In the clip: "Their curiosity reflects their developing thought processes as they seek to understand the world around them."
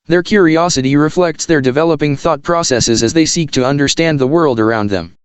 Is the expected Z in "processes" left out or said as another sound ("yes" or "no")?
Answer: no